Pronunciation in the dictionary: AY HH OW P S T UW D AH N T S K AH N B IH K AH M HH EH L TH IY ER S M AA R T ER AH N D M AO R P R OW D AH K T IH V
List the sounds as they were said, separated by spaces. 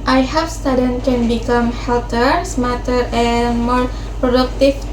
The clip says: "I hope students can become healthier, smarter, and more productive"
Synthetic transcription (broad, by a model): AY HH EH F S T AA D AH N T K AH N B IH K AH M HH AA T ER S M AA T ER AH N M AO R P R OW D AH K T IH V